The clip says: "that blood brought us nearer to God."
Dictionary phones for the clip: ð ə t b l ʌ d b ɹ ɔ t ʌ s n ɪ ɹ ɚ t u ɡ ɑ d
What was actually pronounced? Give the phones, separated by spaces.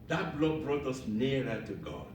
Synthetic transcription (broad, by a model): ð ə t b l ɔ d b ɹ ɔ t ʌ s n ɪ ɹ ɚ t u ɡ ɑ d